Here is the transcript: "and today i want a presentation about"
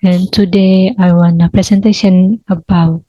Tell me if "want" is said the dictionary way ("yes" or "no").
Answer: no